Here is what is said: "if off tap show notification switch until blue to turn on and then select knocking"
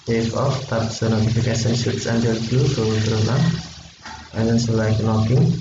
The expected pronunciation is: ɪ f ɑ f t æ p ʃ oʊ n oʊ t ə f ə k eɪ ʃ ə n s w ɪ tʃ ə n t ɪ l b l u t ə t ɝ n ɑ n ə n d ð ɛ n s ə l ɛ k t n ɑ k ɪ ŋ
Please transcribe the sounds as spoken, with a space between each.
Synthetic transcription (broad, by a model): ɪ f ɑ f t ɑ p s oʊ n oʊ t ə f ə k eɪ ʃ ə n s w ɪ s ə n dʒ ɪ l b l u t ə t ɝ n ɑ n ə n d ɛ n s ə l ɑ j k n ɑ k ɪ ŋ